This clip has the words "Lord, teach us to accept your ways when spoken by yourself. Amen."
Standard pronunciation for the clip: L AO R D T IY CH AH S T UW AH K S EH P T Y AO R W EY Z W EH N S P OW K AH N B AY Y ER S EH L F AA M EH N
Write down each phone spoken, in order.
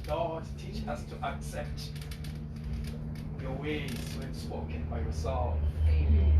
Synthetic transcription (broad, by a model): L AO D T IY CH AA S T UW AH K S EH P T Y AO W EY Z W EH N S P OW K AH N B AY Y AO S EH L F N